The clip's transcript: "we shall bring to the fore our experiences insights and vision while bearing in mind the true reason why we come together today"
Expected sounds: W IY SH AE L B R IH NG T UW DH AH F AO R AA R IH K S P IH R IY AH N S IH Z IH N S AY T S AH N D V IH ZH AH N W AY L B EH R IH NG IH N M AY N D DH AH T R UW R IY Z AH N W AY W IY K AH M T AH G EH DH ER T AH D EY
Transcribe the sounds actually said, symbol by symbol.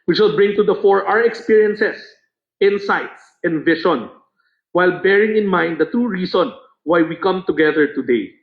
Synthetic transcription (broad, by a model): W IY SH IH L B R IH NG T UW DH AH F AO R AA R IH K S P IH R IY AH N S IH S IH N S AY T S AH N D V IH SH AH N W AY L B EH R IH NG IH N M AY N D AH T R UW R IY S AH N W AY W IY K AH M T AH G EH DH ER T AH D EY